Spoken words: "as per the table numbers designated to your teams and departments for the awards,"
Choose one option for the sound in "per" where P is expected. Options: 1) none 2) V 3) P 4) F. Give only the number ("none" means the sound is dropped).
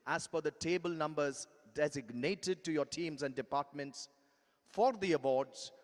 4